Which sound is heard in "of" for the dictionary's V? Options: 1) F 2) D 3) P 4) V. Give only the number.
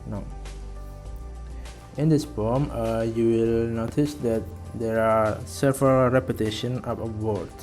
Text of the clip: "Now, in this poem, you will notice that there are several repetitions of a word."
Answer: 3